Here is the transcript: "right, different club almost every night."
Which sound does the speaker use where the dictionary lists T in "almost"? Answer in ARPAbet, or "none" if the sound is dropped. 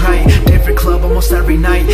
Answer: T